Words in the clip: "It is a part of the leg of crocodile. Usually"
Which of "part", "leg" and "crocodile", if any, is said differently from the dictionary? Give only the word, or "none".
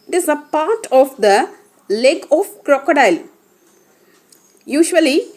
none